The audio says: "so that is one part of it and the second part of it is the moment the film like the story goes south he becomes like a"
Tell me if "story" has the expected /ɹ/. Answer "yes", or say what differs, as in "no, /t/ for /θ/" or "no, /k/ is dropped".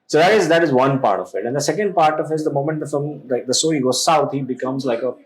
no, /ɹ/ is dropped